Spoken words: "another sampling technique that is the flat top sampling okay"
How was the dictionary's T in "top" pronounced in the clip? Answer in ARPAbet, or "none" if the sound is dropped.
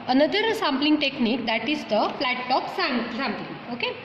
S